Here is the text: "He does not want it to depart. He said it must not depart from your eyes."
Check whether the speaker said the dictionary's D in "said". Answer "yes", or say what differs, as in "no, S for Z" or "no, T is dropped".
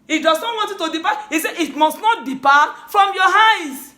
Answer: no, D is dropped